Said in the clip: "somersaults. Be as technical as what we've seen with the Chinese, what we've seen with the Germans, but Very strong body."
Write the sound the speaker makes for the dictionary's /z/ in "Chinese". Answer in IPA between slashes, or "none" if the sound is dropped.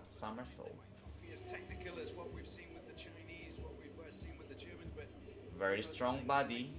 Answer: /z/